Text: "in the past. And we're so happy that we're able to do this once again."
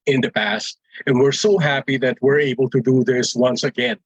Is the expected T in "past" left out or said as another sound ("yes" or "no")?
no